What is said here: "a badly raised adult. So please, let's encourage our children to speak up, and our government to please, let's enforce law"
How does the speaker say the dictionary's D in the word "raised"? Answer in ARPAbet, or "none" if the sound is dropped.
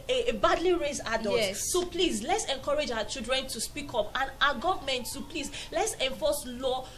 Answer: none